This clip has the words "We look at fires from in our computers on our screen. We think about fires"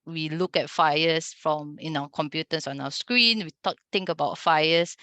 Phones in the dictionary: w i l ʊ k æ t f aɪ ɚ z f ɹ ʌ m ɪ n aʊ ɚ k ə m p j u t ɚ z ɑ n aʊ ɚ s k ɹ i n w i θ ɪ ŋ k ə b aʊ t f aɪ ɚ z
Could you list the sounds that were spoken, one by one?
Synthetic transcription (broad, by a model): w i l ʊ k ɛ t f aɪ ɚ s f ɹ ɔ m ɪ n aʊ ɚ k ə m p j u t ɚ s ɑ n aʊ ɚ s k ɹ i n w i t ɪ ŋ k ə b aʊ t f aɪ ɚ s